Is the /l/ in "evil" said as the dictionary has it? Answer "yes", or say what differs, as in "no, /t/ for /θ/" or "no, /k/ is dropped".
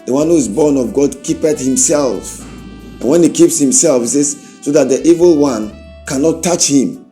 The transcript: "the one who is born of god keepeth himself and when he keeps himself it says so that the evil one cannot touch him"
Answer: yes